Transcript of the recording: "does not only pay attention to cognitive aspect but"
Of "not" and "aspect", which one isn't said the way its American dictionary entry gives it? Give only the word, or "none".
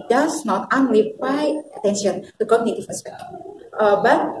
aspect